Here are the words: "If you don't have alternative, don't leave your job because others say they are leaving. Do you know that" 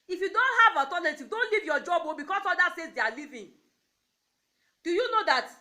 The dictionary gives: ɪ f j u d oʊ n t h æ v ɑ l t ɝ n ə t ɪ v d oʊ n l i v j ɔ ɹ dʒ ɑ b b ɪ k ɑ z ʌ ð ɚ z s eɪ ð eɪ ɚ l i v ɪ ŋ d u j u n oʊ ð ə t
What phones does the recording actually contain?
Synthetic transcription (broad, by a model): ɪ f j u d oʊ n t h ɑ v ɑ t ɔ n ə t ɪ d oʊ n l i v j ɔ dʒ ɑ b b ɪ k ɑ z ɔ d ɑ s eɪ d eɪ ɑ l i v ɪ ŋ d u j u n oʊ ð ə t